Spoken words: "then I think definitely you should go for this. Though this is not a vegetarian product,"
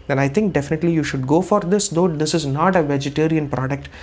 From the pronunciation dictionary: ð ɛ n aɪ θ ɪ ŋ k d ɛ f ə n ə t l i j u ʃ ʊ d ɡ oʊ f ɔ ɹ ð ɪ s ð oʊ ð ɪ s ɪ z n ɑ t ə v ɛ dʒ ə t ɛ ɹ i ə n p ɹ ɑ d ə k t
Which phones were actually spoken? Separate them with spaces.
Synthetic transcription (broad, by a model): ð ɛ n aɪ t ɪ ŋ k d ɛ f ə n ə t l i j u ʃ ʊ d ɡ oʊ f ɔ ɹ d ɪ s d oʊ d ɪ s ɪ z n ɑ t ə v ɛ dʒ ə t ɛ ɹ i ə n p ɹ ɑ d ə k t